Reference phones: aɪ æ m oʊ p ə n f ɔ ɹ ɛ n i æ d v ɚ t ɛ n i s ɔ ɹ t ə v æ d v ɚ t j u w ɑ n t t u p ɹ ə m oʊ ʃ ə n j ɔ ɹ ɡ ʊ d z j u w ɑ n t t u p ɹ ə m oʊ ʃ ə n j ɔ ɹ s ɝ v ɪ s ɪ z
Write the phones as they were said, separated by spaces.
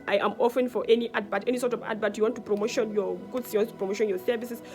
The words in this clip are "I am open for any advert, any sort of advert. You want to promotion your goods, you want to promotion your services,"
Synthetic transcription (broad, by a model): aɪ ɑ m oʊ f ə n f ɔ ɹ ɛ n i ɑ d b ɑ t ɛ n i s ɔ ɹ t ə v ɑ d b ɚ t j u w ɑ n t t u p ɹ ə m oʊ ʃ ə n j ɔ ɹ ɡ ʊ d s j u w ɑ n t t u p ɹ ə m oʊ ʃ ə n j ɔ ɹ s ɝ v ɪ s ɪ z